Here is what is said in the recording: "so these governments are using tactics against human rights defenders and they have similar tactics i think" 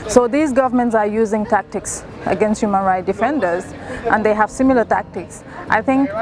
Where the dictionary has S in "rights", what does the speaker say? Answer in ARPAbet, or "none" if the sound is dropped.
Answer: none